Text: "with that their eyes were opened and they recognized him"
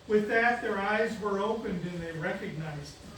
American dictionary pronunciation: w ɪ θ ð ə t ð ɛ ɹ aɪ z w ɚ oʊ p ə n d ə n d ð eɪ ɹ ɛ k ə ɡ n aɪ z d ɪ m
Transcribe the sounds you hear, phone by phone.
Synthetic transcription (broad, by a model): w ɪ ð ə t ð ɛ ɹ aɪ z w ɚ oʊ p ə n d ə n ð eɪ ɹ ɛ k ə ɡ n aɪ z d